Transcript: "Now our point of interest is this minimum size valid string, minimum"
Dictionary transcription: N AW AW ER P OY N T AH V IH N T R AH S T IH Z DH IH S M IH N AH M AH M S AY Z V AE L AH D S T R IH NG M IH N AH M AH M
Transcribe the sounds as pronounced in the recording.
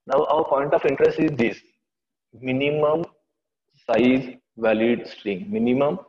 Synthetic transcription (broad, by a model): N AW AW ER P OY N T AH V IH N T R AH S T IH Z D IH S M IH N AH M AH M S AY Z V AE L AH D S T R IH NG M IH N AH M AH M